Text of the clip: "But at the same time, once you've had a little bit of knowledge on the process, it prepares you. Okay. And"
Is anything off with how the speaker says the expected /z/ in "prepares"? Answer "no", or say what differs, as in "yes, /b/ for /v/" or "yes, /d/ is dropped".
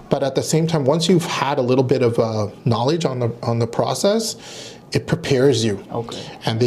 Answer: no